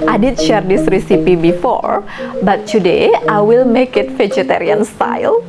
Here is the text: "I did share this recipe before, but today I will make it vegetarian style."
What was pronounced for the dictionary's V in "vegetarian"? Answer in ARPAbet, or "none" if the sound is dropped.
F